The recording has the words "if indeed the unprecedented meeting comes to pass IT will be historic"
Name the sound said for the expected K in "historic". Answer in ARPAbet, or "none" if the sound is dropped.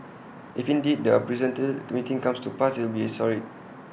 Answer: none